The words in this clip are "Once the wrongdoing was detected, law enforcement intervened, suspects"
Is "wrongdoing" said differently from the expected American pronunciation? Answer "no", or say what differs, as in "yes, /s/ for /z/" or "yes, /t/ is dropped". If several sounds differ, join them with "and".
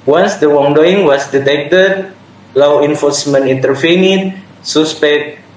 yes, /w/ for /ɹ/